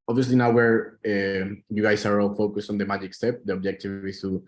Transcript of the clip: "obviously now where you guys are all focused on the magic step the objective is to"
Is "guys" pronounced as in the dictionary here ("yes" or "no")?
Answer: no